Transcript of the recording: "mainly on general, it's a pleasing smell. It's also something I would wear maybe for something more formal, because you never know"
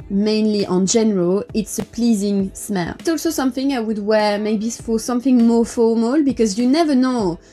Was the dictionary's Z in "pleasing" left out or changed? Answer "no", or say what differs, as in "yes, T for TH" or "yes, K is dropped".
no